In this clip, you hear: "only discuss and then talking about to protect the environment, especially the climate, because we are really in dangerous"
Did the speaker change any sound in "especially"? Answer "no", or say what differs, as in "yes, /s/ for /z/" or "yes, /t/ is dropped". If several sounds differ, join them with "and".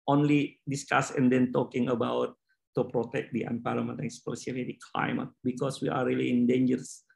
yes, /s/ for /ʃ/